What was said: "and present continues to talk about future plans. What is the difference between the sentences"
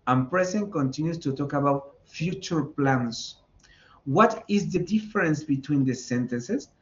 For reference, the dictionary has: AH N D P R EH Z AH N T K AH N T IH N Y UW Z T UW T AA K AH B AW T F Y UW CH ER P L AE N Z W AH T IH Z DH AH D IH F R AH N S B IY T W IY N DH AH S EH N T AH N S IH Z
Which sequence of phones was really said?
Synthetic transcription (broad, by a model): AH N P R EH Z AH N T K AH N T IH N Y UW S T UW T AA K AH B AW T F Y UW CH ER P L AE N S W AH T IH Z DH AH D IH F R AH N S B IY T W IY N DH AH S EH N T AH N S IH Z